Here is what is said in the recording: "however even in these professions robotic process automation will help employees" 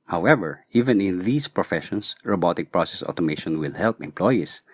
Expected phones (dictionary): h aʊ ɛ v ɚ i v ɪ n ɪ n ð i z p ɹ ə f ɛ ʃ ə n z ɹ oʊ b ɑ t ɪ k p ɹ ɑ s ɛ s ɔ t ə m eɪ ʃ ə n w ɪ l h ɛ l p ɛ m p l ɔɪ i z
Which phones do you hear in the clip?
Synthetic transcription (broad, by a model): h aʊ ɛ v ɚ i v ɪ n ɪ n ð i s p ɹ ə f ɛ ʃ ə n s ɹ oʊ b ɑ t ɪ k p ɹ ɑ s ɛ s ɔ t ə m eɪ ʃ ə n w ɪ l h ɛ l p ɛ m p l ɔɪ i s